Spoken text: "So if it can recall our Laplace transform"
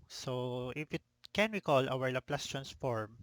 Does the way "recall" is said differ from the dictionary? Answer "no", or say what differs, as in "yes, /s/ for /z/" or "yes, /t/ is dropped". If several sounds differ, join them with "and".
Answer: yes, /w/ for /ɹ/